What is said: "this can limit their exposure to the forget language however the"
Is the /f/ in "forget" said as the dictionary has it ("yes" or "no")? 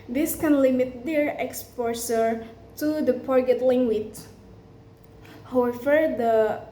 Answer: no